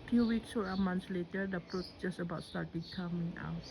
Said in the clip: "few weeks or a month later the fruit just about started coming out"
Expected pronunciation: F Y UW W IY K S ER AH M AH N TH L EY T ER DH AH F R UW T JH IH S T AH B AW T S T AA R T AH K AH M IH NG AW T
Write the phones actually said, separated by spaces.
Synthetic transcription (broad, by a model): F Y UW W IY K S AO AH M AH N S L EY T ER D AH P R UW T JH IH S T AH B AW T S T AA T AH K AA M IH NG AW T